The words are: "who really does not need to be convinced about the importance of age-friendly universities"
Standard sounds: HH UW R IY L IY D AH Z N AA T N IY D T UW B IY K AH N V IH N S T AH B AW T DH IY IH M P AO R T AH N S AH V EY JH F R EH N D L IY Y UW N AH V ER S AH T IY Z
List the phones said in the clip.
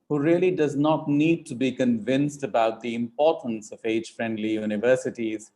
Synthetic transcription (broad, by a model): HH UW R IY L IY D AH Z N AA T N IY D T UW B IY K AH N V IH N S T AH B AW T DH IY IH M P AO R T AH N S AH V EY JH F R EH N D L IY Y UW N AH V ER S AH T IY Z